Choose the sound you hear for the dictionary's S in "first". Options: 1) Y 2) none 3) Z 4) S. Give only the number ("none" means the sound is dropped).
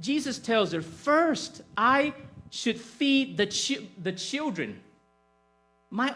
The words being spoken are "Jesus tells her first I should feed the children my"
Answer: 4